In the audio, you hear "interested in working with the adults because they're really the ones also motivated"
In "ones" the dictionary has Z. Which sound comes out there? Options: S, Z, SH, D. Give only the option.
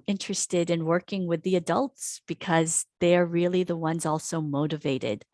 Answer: Z